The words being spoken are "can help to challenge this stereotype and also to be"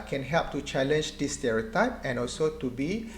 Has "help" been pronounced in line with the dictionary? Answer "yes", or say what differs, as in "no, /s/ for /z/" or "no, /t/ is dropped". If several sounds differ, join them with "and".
yes